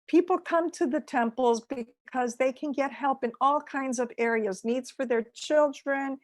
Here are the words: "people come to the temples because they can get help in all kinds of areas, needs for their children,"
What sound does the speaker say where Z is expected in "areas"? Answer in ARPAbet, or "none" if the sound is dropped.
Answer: Z